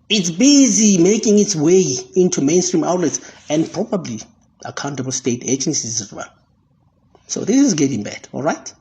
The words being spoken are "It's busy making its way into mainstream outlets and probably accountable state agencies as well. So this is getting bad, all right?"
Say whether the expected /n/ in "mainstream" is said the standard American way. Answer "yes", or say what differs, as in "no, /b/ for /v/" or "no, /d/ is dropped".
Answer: yes